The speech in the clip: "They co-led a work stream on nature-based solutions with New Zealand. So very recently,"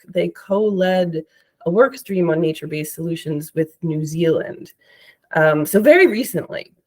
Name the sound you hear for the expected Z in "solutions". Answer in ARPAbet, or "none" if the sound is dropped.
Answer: Z